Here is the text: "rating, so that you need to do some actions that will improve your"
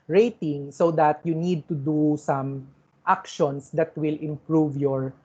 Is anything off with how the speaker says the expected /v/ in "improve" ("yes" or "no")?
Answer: no